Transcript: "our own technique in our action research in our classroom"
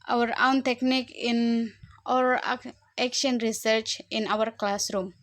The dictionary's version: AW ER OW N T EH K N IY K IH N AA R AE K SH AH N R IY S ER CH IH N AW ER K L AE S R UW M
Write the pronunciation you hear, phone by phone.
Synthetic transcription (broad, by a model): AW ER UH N T EH K N IY K IH N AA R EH K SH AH N R IY S ER CH IH N AW ER K L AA S R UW M